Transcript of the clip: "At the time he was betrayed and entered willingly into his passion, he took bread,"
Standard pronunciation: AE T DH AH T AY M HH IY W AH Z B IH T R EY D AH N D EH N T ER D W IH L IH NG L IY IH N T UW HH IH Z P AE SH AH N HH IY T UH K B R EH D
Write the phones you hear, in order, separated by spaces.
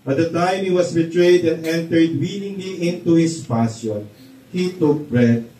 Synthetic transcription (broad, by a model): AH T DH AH T AY M HH IY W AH S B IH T R EY D AH N D EH N T ER D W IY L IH NG L IY IH N T UW HH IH S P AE S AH N HH IY T UH K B R EH D